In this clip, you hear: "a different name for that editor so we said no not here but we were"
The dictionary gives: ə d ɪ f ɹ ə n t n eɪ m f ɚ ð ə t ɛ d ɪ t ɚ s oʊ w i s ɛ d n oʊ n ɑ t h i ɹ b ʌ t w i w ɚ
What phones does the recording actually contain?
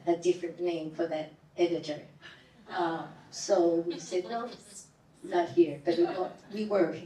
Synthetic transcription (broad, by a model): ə d ɪ f ɹ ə n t n eɪ m f ɚ ð ə t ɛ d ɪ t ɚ s oʊ w i s ɛ d n oʊ n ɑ t h i ɹ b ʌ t w i w ɚ